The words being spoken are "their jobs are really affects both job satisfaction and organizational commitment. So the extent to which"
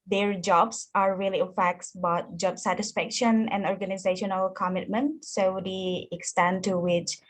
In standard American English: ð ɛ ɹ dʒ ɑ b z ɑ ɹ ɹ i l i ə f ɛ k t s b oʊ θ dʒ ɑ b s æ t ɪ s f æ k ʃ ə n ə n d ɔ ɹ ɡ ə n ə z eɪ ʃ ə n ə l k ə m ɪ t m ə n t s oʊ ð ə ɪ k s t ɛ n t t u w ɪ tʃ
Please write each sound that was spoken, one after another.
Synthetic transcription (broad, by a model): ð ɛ ɹ dʒ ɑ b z ɑ ɹ ɹ i l i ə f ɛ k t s b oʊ t dʒ ɑ b s æ t ɪ s f æ k ʃ ə n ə n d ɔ ɹ ɡ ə n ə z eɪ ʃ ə n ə l k ə m ɪ t m ə n t s oʊ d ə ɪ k s t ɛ n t t u w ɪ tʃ